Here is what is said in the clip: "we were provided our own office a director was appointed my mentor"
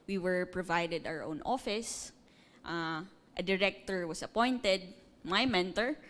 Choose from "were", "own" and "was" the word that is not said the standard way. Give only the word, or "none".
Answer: was